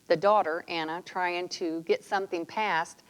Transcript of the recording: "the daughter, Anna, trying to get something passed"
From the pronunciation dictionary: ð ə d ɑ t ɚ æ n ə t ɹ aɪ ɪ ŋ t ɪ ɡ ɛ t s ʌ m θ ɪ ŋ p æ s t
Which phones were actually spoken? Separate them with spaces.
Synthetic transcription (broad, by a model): ð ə d ɑ t ɚ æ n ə t ɹ aɪ ɪ ŋ t ɪ ɡ ɛ t s ʌ m θ ɪ ŋ p æ s t